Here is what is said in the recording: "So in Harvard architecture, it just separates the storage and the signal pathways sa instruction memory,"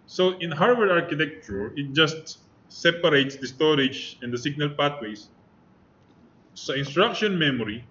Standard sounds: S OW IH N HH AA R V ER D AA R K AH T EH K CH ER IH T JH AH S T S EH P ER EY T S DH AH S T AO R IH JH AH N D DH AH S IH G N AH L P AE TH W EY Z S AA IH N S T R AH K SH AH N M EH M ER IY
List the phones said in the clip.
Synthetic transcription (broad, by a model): S OW IH N HH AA R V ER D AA R K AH T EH K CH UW IH T JH AH S T S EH P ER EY T S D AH S T AO R IH JH AH N D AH S IH G N AH L P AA T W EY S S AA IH N S T R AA K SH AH N M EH M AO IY